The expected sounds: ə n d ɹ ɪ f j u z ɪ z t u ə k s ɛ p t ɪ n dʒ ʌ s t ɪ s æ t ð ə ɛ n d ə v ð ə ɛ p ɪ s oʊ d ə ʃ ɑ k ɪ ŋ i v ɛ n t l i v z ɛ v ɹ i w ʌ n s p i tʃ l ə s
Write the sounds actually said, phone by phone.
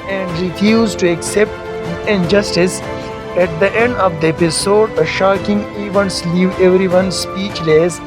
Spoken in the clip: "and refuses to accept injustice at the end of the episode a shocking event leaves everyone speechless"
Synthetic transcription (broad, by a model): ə n d ɹ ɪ f j u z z t u ə k s ɛ p t ɪ n dʒ ʌ s t ɪ s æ t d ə ɛ n d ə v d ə ɛ p ɪ s oʊ d ə ʃ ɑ k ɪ ŋ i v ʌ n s l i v ɛ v ɹ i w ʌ n s p i tʃ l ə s